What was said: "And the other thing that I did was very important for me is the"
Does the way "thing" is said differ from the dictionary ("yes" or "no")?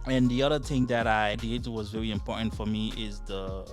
no